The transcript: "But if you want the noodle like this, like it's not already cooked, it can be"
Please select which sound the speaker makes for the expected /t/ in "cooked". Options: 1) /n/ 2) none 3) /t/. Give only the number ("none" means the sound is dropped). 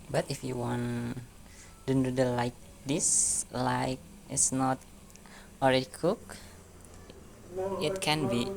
2